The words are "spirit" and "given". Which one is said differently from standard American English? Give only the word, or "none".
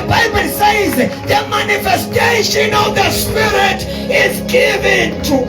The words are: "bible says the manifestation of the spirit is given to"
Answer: none